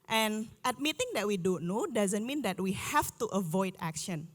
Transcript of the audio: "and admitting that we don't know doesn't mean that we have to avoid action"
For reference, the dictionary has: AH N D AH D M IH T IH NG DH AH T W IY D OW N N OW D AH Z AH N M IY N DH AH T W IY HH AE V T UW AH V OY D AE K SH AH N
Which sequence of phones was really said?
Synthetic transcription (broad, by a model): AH N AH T M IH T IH NG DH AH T W IY D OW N N OW D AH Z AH N M IY N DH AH T W IY HH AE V T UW AH V OY D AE K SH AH N